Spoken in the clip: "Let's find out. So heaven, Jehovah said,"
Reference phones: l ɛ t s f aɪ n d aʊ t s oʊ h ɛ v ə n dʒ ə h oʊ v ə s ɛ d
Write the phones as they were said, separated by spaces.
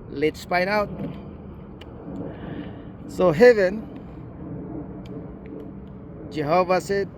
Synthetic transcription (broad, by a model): l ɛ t s p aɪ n aʊ t s oʊ h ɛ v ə n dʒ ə h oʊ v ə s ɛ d